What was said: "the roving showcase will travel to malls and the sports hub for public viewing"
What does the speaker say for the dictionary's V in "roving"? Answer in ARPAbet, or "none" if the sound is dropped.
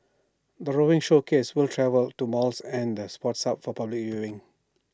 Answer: none